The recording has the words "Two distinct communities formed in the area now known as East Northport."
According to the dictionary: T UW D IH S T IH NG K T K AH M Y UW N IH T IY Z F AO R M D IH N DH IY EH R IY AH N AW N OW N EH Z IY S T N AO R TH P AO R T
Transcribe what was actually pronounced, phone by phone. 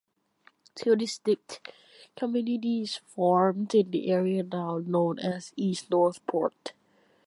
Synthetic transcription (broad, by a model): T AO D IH S T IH K K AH M Y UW N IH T IY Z F AO R M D IH N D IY EH R IY AH N AW N OW N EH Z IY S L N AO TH P AO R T